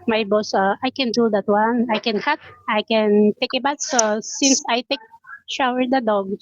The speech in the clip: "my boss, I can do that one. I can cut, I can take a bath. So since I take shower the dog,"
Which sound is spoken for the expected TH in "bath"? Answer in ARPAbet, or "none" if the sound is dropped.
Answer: T